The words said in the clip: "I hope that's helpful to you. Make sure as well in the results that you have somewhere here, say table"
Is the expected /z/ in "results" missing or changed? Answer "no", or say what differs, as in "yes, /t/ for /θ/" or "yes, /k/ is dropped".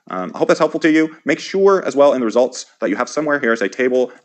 no